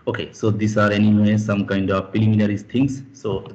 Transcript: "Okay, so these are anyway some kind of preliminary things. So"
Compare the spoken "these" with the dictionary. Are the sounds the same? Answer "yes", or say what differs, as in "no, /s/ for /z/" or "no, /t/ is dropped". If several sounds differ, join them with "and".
no, /s/ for /z/